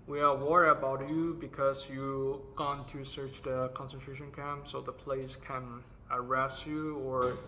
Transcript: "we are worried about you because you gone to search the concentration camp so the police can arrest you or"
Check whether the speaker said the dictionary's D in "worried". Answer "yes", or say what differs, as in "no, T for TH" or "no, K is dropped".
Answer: no, D is dropped